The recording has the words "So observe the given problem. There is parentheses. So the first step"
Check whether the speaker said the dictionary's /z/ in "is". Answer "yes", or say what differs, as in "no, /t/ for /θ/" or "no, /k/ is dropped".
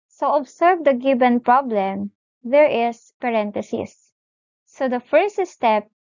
no, /s/ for /z/